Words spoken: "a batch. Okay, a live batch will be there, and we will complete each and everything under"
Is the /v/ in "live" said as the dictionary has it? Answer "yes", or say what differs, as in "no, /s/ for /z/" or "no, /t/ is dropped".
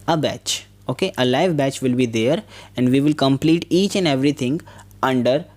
yes